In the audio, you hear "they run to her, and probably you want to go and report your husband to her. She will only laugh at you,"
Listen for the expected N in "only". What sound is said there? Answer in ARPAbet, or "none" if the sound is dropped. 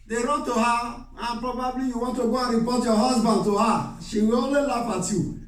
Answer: none